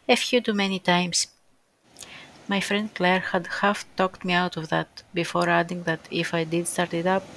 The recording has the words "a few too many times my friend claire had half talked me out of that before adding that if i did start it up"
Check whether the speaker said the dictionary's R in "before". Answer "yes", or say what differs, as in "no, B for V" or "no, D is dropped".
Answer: yes